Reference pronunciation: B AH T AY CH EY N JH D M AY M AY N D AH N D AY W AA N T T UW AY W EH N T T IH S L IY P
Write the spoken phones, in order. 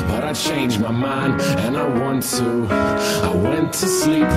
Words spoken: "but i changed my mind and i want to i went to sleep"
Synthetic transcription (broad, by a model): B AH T AY CH EY N JH M AY M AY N AH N AY W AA N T T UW AY W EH N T T IH S IY